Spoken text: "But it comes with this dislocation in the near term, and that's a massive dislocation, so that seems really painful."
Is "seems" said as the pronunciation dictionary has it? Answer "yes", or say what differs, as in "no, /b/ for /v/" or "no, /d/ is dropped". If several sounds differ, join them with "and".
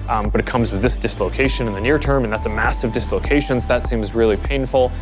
yes